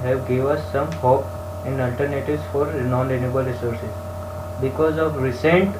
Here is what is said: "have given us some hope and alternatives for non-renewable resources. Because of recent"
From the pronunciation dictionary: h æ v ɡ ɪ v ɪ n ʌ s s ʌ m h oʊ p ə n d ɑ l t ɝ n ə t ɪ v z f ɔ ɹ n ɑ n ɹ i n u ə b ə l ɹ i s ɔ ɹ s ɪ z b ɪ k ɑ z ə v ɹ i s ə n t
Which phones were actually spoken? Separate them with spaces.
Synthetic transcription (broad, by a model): h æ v ɡ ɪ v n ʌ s s ʌ m h oʊ p ə n d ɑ l t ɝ n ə t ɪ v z f ɔ ɹ n ɑ n l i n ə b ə l ɹ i s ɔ ɹ s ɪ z b ɪ k ɑ z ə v ɹ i s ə n t